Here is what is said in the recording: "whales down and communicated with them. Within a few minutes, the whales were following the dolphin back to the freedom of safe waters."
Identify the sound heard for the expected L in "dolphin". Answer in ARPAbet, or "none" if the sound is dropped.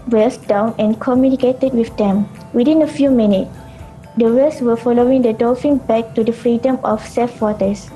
none